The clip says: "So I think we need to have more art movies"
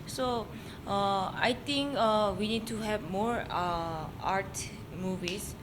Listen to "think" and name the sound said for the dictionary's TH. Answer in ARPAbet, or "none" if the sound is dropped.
T